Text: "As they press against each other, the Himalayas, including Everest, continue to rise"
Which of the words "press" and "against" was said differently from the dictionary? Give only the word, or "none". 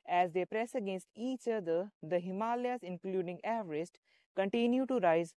none